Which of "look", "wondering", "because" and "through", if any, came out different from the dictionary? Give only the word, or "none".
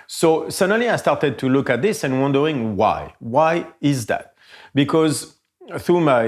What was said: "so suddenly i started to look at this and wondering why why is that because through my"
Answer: none